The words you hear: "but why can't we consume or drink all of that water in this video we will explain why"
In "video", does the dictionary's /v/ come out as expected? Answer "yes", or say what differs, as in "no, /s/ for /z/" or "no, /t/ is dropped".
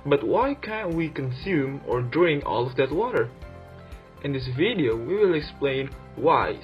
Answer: yes